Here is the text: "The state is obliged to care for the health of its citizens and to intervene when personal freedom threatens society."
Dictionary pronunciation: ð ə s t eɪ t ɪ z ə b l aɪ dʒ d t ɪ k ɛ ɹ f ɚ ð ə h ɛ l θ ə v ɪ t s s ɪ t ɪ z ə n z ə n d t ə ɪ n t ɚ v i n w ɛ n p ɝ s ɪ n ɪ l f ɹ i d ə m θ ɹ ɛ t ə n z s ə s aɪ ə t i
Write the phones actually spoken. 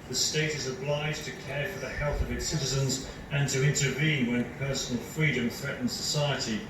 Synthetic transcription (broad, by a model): ð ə s t eɪ t ɪ z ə b l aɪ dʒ t ɪ k ɛ ɹ f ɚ ð ə h ɛ l θ ə v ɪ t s s ɪ t ɪ z ə n z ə n t ə ɪ n t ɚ v i n w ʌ n p ɝ s n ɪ l f ɹ i d ə m θ ɹ ɛ t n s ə s aɪ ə t i